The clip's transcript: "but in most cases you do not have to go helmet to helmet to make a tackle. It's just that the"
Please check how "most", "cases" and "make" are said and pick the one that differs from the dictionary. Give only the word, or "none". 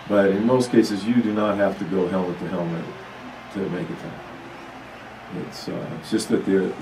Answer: none